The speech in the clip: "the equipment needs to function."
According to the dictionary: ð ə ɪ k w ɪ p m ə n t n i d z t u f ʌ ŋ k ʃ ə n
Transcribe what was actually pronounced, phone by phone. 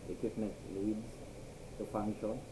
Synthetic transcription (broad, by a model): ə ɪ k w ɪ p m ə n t l i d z t u f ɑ ŋ k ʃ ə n